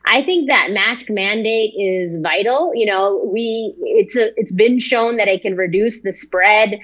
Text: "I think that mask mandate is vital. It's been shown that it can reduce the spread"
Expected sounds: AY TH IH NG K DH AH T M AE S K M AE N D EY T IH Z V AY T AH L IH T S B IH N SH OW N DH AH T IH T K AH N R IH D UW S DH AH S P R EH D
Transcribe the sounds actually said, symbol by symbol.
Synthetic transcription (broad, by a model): AY TH IH NG K DH AH T M AE S K M AE N D EY T IH Z V AY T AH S IH T S B IH N SH OW N DH AH T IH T K AH N R IH D UW S DH AH S P R EH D